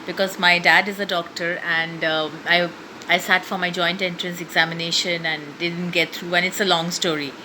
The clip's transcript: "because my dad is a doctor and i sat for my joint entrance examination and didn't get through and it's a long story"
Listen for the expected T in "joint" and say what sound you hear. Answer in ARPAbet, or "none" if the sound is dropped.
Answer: T